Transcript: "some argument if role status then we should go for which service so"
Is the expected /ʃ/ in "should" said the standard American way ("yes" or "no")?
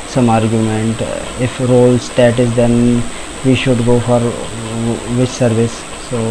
yes